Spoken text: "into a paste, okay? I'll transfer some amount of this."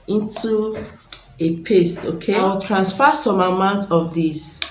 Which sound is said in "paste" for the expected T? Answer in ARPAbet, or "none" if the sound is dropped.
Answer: T